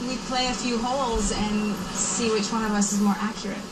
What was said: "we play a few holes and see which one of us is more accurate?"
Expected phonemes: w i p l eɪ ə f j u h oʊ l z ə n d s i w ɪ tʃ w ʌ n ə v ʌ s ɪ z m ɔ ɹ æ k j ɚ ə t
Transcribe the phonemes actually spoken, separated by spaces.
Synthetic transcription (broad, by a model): w i p l eɪ ə f j u h oʊ l z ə n s i w ɪ tʃ w ʌ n ə v ʌ s ɪ z m ɔ ɹ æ k j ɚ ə t